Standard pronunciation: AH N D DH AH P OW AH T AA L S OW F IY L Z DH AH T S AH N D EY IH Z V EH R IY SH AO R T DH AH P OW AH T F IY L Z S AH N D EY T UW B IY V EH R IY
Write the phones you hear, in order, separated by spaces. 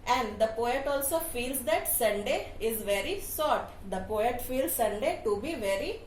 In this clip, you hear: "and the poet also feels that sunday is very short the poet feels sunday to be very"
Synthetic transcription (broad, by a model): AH N D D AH P OW AH T AA L S OW F IY L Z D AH T S AH N D EY IH Z V EH R IY S AO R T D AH P OW AH T F IY L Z S AH N D EY T UW B IY V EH R IY